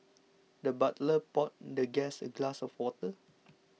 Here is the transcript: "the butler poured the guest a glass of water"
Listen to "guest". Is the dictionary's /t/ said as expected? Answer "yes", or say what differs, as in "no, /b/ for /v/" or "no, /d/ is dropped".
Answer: no, /t/ is dropped